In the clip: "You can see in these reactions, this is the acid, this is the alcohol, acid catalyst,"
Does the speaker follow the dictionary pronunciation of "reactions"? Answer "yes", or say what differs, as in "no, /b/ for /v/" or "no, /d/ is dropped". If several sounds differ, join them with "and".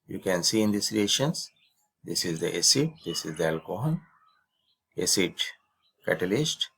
no, /k/ is dropped